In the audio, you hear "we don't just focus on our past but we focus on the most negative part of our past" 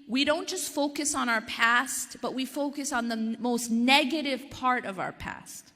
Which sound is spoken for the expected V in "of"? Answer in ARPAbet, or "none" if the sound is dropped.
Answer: V